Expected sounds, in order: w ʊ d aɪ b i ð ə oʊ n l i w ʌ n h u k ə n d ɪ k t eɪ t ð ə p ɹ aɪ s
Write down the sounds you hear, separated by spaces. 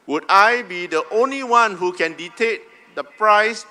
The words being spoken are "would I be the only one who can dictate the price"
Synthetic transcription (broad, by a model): w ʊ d aɪ b i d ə oʊ n l i w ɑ n h u k ə n d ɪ t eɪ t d ə p ɹ aɪ s